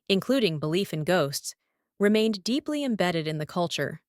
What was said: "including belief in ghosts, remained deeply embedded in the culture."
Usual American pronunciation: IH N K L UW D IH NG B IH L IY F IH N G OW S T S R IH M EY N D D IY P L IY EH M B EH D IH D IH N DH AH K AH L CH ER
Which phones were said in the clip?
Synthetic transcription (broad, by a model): IH N K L UW D IH NG B IH L IY F IH N G OW S T S R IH M EY N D D IY P L IY EH M B EH D IH D IH N DH AH K AH L CH ER